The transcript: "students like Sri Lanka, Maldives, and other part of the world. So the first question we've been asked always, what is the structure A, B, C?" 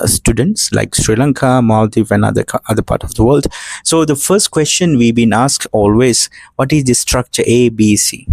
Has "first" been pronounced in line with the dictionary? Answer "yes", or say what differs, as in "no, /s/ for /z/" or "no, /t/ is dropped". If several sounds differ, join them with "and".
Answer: yes